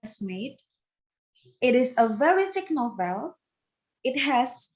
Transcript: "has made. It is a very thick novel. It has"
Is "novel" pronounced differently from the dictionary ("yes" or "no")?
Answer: no